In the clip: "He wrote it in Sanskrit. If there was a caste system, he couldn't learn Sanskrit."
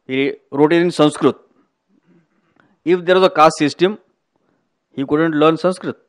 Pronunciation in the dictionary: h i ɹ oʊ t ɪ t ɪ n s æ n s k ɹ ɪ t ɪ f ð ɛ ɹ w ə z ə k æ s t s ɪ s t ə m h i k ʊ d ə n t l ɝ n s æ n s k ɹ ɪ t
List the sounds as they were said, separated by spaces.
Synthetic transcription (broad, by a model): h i ɹ oʊ t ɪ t ɪ n s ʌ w s k ɹ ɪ t ɪ f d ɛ ɹ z ə k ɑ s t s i s t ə m h i k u d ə n t l ɝ n s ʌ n s k ɹ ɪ t